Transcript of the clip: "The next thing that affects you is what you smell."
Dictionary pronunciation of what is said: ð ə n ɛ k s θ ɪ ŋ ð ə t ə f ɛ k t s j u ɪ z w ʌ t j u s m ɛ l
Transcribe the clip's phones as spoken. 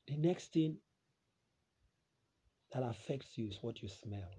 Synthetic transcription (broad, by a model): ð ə n ɛ k s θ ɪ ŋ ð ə t ə f ɛ k t s j u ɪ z w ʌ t j u s m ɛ l